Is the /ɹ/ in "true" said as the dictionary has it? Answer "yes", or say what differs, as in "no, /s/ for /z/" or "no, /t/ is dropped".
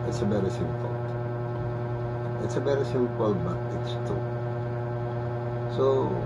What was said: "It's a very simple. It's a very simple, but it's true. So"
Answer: no, /ɹ/ is dropped